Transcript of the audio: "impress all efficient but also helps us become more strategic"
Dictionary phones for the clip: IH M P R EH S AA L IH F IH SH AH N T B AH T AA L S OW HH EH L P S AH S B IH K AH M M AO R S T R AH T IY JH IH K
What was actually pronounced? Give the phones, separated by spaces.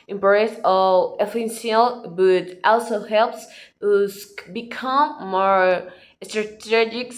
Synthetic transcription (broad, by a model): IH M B R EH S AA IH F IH S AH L B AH T AA L S OW HH EH L P S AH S B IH K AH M M AO R S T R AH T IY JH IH K